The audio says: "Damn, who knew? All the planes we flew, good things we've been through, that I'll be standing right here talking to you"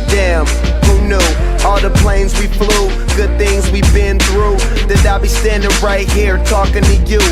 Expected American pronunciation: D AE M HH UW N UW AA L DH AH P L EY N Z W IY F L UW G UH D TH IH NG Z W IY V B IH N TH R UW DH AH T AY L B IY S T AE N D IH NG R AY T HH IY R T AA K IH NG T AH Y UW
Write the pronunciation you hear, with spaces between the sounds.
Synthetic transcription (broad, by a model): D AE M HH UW N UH AA L DH AH P L EY N Z W IY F L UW G UH D TH IH NG Z W IY B IH N TH R UW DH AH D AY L B IY S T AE N D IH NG R AY T HH IY R T AA K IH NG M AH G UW